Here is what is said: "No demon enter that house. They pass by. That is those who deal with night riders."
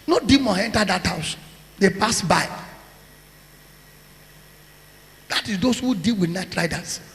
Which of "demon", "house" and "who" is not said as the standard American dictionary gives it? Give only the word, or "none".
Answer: none